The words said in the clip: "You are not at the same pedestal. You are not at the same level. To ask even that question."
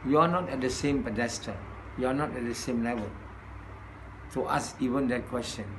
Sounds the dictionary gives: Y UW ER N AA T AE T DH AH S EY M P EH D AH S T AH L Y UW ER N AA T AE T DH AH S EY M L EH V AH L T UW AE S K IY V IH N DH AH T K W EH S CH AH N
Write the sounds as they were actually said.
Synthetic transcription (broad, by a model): Y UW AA N AA T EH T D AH S EY M P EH D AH S T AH Y UW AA N AA T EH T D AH S EY M L EH V AH L T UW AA S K IY V IH N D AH T K W EH S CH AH N